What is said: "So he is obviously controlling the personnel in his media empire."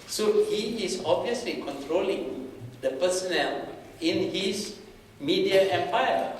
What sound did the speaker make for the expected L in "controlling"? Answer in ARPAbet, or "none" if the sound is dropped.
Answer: L